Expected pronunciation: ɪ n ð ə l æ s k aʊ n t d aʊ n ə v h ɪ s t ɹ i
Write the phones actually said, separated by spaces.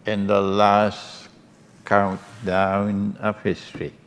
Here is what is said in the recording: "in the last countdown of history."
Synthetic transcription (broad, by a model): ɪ n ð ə l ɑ s k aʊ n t d aʊ n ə p h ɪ s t ɹ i